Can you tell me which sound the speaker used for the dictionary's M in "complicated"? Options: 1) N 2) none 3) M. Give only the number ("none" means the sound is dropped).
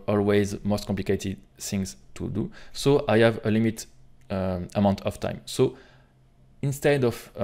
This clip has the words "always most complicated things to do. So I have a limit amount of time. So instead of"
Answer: 2